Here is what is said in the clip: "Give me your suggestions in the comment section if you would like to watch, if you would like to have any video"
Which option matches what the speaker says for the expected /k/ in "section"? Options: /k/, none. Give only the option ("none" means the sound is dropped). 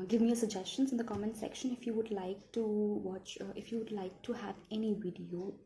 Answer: /k/